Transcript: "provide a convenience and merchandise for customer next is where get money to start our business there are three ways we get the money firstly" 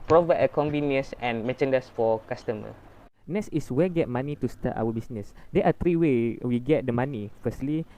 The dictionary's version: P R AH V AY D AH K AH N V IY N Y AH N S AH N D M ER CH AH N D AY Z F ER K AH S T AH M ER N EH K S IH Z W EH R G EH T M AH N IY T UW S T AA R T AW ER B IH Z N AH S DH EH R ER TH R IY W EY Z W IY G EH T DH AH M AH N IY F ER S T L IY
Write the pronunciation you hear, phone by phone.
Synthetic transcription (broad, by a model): P R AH V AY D AH K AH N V IY N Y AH N S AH N M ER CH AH N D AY S F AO K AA S T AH M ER N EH S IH S W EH G EH T M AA N IY T UW S T AA T AW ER B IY S N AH S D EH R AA T R IY W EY W IY G EH T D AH M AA N IY F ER S T L IY